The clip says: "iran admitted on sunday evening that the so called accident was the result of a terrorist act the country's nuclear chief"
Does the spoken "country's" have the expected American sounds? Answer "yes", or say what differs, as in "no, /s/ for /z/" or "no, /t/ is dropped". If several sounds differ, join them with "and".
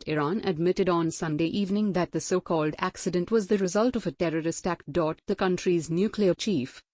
yes